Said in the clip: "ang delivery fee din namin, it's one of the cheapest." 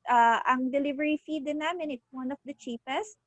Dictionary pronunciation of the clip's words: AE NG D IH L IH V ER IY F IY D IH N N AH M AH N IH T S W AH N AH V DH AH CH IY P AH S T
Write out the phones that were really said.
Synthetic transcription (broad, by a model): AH NG D IH L IH V ER IY F IY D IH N N AH M AH N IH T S W AH N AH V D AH CH IY P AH S T